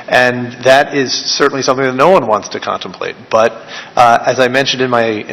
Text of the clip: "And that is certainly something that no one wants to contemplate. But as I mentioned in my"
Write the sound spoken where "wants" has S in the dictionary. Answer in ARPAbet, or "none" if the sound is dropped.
S